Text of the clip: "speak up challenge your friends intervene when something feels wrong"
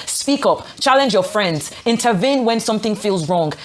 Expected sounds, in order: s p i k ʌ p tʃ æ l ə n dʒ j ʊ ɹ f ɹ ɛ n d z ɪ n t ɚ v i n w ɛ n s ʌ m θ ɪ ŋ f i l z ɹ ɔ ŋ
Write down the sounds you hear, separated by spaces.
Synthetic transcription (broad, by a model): s p i k ʌ p tʃ æ l ə n dʒ j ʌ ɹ f ɹ ɛ n d z ɪ n t ɚ v i n w ɛ n s ʌ m θ ɪ ŋ f i l z ɹ ɔ ŋ